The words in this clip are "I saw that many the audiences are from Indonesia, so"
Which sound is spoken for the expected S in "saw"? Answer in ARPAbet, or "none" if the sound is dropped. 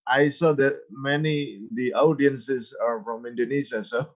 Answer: S